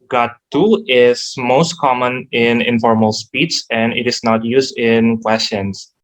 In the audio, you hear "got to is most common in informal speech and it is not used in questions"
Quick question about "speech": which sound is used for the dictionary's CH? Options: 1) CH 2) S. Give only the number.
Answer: 2